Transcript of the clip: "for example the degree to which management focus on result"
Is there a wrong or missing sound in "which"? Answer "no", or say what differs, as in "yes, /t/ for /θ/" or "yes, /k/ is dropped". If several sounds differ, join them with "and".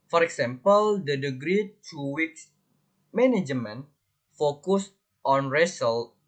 yes, /s/ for /tʃ/